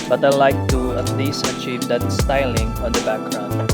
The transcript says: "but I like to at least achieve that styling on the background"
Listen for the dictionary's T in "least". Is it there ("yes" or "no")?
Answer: no